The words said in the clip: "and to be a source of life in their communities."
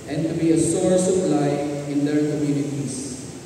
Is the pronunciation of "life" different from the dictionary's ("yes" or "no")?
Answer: yes